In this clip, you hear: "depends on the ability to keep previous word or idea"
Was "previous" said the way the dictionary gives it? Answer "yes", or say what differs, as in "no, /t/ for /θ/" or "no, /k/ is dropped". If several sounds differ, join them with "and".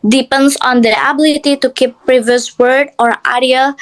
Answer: yes